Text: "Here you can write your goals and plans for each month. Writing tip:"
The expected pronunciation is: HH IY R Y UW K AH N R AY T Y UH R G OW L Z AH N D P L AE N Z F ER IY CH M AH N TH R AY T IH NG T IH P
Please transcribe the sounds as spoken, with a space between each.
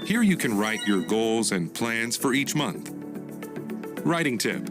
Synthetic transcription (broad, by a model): HH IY R Y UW K AH N R AY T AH R G OW L Z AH N P L AE N Z F ER IY CH M AH N TH R AY T IH NG T IH P